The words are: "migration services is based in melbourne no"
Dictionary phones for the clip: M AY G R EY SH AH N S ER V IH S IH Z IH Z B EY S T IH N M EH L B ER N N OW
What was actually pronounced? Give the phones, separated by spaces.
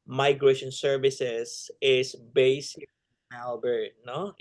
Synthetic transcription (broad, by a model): M AY G R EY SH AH N S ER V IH S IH S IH S B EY S IH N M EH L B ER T N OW